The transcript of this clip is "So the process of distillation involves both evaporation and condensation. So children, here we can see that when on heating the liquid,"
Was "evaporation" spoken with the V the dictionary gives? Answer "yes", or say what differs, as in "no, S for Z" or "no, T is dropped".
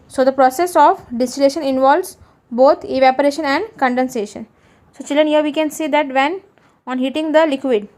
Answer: yes